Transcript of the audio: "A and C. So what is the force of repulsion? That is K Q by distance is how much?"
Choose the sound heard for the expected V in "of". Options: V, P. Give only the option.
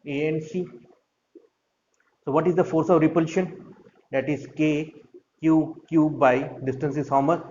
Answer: V